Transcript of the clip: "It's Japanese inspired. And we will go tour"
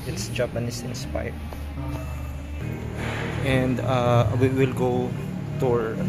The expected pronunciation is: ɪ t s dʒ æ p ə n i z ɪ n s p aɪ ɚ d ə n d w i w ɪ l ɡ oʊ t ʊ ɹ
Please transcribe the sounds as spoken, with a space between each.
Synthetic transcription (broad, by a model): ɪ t s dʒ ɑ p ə n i s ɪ n s p aɪ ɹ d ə n d w i w ɪ l ɡ oʊ t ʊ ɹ